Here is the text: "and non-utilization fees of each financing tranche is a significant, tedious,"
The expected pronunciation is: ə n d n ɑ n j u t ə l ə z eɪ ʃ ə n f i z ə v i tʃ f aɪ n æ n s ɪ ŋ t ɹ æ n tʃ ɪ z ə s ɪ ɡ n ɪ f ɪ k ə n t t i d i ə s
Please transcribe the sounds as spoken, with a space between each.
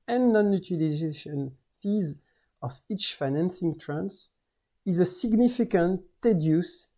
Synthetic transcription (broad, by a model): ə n n ɑ n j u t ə l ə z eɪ ʃ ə n f i z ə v i tʃ f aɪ n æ n s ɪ ŋ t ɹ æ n s ɪ z ə s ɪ ɡ n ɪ f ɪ k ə n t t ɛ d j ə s